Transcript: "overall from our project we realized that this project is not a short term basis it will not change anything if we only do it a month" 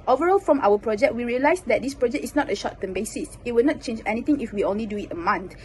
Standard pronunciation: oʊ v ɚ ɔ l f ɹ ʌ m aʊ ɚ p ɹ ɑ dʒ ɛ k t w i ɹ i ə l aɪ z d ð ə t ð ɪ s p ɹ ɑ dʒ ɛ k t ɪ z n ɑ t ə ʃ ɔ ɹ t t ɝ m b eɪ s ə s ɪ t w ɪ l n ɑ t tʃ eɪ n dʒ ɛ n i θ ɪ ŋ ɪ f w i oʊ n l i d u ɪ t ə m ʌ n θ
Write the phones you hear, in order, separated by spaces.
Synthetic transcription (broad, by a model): oʊ v ɚ ɔ l f ɹ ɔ m aʊ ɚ p ɹ ɑ dʒ ɛ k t w i ɹ i ə l aɪ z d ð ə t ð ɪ s p ɹ ɑ dʒ ɛ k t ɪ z n ɑ t ə ʃ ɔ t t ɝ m b eɪ s ə s ɪ t w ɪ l n ɑ t tʃ eɪ n dʒ ɛ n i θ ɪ ŋ ɪ f w i oʊ n l i d u ɪ t ə m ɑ n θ